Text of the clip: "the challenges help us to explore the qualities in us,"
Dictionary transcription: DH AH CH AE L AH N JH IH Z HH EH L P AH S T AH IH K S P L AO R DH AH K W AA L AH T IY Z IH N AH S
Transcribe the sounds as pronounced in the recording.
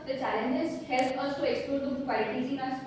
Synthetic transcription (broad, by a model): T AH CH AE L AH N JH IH S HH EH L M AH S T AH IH K S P AO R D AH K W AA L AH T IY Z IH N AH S